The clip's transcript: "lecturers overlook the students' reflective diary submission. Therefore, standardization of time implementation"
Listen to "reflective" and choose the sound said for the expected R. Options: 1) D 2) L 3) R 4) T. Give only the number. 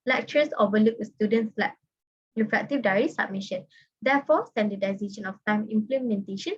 2